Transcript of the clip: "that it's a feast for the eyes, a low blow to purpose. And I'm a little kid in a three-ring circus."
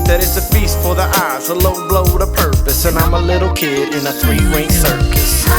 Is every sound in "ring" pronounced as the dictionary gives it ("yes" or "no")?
no